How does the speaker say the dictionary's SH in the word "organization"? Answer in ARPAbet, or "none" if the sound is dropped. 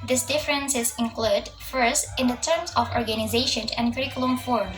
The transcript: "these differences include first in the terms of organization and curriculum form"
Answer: SH